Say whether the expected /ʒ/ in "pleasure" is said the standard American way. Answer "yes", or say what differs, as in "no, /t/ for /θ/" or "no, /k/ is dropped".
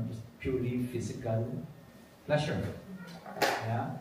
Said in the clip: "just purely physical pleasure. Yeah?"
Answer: no, /ʃ/ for /ʒ/